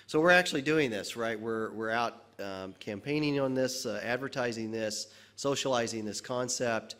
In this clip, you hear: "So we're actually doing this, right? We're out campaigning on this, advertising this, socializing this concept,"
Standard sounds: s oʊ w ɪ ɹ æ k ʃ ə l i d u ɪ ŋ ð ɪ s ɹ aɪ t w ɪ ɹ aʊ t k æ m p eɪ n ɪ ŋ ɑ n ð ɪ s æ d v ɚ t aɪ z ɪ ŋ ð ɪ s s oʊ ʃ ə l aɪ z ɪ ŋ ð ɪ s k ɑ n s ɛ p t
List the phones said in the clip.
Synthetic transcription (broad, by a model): s oʊ w ɪ ɹ æ k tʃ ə l i d u ɪ ŋ ð ɪ s ɹ aɪ t w ɪ ɹ aʊ t k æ m p eɪ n ɪ ŋ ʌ n ð ɪ s æ d v ɚ t aɪ z ɪ ŋ ð ɪ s s oʊ ʃ ə l aɪ z ɪ ŋ ð ɪ s k ɑ n s ɛ p t